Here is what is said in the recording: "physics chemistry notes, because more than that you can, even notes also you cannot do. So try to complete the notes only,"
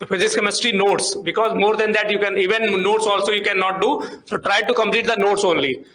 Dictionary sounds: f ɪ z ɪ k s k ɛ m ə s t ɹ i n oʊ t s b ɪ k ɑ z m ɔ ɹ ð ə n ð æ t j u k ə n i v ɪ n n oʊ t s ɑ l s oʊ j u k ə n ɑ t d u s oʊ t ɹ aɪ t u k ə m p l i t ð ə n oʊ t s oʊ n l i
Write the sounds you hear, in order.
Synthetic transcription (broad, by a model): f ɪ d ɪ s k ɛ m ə s t i n oʊ t s b ɪ k ɑ z m ɔ ɹ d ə n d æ t j u k ə n i v ɪ n n oʊ t s ɑ l s oʊ j u k ə n ɑ t d u s oʊ t ɹ aɪ t u k ə m p l i t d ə n oʊ t s oʊ n l i